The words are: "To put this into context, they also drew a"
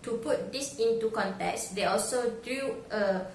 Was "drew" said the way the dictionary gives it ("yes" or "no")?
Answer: no